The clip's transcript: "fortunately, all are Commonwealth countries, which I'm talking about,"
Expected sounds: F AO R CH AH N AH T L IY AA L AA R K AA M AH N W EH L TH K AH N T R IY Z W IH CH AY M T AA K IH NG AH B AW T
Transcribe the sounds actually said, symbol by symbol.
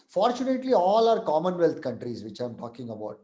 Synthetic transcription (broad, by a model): F AO R CH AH N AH T L IY AA L AA R K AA M AH N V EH L T K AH N T R IY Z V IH CH AY M T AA K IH NG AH B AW T